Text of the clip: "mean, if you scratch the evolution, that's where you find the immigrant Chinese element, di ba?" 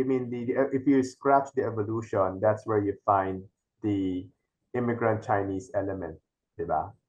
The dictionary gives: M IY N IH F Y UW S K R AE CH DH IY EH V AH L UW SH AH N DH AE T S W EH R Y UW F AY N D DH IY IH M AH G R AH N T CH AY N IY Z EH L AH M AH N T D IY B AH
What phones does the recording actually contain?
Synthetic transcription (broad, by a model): M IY N IH F Y UW S K R AE CH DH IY EH V AH L UW SH AH N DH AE T S W EH R Y UW F AY N D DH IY IH M AH G R AH N T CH AY N IY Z EH L AH M AH N T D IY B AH